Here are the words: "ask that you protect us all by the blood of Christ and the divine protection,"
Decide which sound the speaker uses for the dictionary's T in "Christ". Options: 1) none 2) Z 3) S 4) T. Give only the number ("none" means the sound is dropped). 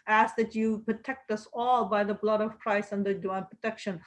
1